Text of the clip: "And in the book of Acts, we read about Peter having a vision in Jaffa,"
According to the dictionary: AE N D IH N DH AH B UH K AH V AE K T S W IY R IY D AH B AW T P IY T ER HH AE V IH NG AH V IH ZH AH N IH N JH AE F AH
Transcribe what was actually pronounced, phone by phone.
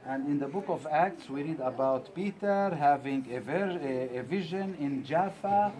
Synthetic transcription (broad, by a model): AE N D IH N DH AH B UH K AH V AE K T S W IY R IY D AH B AW T P IY T ER HH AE V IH NG AH V IH ZH AH N IH N JH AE F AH